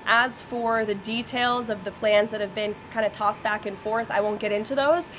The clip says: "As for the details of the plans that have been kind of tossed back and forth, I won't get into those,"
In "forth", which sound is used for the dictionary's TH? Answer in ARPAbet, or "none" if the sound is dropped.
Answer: TH